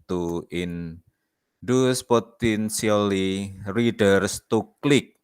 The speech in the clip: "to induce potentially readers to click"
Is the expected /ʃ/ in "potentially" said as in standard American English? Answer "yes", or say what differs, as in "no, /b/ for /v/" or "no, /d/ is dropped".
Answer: no, /s/ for /ʃ/